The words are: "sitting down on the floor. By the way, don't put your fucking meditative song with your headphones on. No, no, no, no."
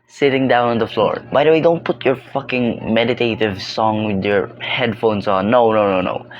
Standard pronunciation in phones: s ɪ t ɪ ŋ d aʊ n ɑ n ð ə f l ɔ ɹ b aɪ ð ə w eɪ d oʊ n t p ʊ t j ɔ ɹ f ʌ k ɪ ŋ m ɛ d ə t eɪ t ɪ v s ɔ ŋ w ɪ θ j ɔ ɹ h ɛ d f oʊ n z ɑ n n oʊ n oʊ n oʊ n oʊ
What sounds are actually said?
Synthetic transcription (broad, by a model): s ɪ t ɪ ŋ d aʊ n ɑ n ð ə f l ɔ ɹ b aɪ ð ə w eɪ d oʊ n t p ʊ t j ɔ ɹ f ʌ k ɪ ŋ m ɛ d ə t eɪ t ɪ v s ɔ ŋ w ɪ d j ɔ ɹ h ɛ d f oʊ n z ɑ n n oʊ n oʊ n oʊ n oʊ